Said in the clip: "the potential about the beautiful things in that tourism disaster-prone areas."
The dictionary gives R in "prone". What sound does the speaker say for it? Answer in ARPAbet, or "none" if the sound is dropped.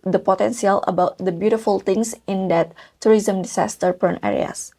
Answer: none